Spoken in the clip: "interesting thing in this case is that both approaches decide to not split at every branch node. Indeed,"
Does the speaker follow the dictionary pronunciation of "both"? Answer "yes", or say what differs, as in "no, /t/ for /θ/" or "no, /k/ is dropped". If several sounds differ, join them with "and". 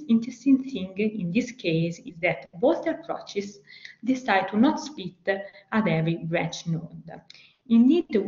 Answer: no, /t/ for /θ/